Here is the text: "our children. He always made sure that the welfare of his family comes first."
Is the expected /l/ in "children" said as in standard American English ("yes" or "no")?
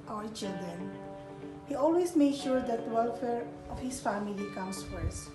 no